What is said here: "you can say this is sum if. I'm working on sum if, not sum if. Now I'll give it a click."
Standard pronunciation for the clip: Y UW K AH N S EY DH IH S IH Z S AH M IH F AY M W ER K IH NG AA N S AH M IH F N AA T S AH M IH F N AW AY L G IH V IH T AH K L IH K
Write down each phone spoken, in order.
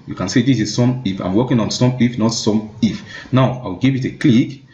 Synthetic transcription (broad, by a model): Y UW K AH N S EY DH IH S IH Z S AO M IH F AY M W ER K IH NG AA N S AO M IH F N AA T S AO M IH F N AW AY W G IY V IH T AH K L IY K